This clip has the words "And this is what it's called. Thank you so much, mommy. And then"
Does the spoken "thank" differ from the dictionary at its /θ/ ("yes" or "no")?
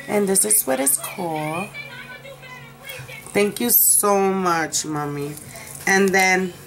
no